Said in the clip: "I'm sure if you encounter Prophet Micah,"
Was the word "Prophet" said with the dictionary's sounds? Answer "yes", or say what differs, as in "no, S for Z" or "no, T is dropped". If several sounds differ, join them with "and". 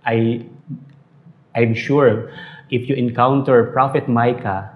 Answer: yes